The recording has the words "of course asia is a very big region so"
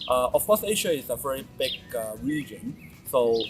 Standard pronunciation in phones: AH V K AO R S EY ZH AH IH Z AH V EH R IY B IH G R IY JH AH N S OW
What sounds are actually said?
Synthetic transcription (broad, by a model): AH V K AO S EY SH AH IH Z AH V EH R IY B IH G R IY JH AH N S OW